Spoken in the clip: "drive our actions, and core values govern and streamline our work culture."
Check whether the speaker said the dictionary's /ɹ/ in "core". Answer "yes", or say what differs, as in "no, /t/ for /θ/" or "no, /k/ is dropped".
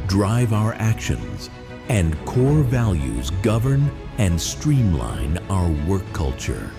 yes